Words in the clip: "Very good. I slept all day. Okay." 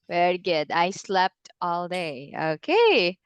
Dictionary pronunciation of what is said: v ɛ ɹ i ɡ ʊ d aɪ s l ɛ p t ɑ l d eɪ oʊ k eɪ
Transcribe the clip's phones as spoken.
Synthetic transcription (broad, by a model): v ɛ ɹ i ɡ ʊ d aɪ s l ɛ p t ɑ l d eɪ oʊ k eɪ